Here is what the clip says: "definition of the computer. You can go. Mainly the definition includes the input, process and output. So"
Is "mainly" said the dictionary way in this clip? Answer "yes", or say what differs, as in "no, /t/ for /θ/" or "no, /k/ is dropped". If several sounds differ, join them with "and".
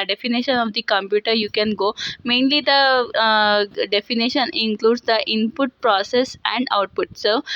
yes